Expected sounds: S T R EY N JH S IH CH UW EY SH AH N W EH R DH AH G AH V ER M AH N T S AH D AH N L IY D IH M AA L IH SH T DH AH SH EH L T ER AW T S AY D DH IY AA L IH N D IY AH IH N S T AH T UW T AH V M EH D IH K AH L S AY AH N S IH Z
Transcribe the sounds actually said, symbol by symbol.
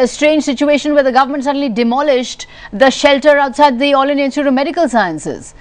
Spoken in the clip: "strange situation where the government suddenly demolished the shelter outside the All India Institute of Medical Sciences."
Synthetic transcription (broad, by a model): S T R EY N JH S IH CH UW EY SH AH N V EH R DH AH G AH V ER M AH N T S AH D AH N L IY D IH M AA L IH SH T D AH SH EH L T ER AW T S AY D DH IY AA L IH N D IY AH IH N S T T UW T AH M EH D IH K AH L S AY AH N S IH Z